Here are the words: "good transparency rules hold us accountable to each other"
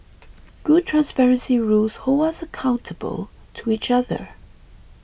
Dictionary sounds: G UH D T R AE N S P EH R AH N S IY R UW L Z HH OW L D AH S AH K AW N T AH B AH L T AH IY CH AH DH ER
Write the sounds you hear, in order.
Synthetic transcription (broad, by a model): G UH D T R AE N S P EH R AH N S IY R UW L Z HH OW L AH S AH K AW N T AH B AH L T AH IY CH AH DH ER